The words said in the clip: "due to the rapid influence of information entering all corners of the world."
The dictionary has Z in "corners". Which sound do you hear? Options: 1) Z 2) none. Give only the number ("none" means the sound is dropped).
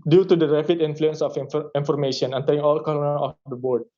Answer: 2